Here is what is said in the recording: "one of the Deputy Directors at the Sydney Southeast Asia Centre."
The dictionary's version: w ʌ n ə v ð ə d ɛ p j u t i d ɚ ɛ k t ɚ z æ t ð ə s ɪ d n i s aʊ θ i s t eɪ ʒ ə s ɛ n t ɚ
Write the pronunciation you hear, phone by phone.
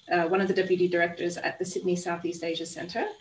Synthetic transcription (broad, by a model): w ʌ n ə v ð ə d ɛ p j u t i d ɚ ɛ k t ɚ z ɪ t ð ə s ɪ d n i s aʊ θ i s t eɪ ʒ ə s ɛ n t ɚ